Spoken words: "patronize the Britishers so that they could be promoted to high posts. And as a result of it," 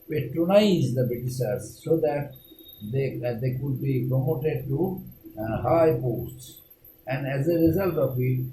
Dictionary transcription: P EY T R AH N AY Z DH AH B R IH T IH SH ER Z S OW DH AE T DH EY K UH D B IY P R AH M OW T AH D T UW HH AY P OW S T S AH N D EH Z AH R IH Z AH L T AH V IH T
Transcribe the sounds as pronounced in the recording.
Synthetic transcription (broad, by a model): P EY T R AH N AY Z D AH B IH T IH S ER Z S OW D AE T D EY K UH D B IY P R AH M OW T AH D T UW HH AY P OW S T S AH N D EH Z AH R IH Z AH L T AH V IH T